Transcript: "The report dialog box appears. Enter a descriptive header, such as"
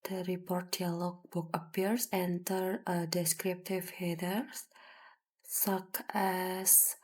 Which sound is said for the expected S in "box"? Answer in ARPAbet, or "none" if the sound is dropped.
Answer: none